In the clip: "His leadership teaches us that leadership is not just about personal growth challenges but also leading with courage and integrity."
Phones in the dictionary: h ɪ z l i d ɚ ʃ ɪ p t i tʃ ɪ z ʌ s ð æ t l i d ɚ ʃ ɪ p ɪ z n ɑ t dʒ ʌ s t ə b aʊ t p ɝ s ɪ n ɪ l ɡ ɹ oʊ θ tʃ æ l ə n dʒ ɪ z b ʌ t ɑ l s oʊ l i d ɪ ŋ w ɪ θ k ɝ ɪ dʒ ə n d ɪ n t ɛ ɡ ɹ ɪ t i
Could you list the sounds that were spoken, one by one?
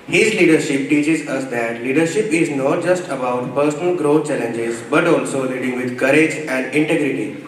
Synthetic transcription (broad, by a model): h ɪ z l i d ɚ ʃ ɪ p t i tʃ ɪ z ʌ s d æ t l i d ɚ ʃ ɪ p ɪ z n ɑ t dʒ ʌ s t ə b aʊ t p ɝ s ɪ n ɪ l ɡ ɹ oʊ t tʃ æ l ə n dʒ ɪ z b ʌ t ɑ l s oʊ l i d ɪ ŋ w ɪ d k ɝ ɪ dʒ ə n d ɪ n t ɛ ɡ ɹ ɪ t i